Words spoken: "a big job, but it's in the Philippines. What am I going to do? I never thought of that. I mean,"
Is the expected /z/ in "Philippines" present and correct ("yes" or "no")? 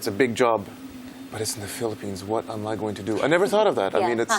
yes